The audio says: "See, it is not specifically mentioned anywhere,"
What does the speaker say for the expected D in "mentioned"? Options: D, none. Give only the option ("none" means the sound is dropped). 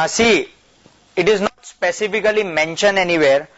none